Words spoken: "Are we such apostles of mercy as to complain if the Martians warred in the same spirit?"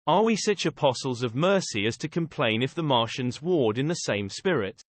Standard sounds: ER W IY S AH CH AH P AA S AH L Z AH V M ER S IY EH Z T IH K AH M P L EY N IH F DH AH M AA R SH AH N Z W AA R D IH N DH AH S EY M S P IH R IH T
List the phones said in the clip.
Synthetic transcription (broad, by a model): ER W IY S AH CH AH P AA S AH L Z AH V M ER S IY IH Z T IH K AH M P L EY N IH F DH AH M AA R SH AH N Z W AA R D IH N DH AH S EY M S P IH R IH T